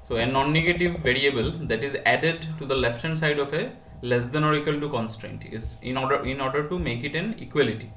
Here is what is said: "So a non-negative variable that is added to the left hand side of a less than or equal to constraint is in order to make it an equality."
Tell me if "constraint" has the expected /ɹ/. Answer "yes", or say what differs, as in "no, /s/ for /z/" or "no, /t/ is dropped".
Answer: yes